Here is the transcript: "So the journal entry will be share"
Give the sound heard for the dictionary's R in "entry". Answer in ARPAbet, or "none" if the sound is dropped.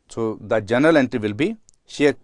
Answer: R